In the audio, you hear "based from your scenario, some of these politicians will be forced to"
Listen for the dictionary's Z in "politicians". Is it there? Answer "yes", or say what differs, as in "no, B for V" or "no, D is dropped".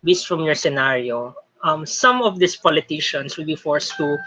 no, S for Z